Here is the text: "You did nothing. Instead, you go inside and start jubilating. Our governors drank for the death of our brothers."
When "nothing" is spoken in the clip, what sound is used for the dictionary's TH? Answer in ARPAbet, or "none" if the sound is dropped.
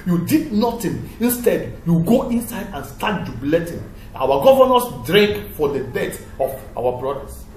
T